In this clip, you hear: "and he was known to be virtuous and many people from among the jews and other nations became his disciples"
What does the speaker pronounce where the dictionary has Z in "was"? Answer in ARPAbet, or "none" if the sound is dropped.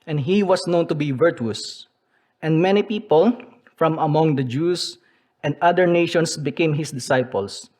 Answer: S